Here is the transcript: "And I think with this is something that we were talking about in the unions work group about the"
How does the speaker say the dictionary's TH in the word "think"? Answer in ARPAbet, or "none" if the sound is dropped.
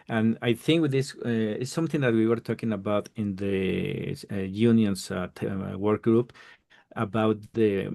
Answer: TH